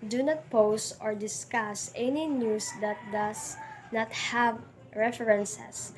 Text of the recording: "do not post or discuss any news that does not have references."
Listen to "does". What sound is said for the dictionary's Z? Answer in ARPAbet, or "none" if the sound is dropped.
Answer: S